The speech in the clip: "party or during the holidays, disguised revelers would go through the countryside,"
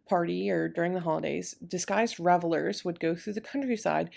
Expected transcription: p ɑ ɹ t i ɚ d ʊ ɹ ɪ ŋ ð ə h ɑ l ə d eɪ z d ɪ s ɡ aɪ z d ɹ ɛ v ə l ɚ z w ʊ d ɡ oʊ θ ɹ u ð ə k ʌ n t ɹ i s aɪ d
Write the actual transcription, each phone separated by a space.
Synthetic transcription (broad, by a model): p ɑ ɹ t i ɚ d ʊ ɹ ɪ ŋ ð ə h ɑ l ə d eɪ z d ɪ s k aɪ z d ɹ ɛ v l ɚ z w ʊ d ɡ oʊ θ ɹ u ð ə k ʌ n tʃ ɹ i s aɪ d